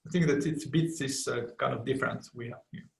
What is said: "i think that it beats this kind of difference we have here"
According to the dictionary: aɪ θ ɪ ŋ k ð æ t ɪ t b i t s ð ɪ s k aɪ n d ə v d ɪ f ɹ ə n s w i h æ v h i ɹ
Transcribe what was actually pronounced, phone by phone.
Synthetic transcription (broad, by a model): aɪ θ ɪ ŋ k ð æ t ɪ t b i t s ð ɪ s k aɪ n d ə v d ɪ f ɹ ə n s w i h æ v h